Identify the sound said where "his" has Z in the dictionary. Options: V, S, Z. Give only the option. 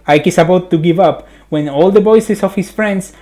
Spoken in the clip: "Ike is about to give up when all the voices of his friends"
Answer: S